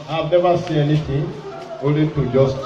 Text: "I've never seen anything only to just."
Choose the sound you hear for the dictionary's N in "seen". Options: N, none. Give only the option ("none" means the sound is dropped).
none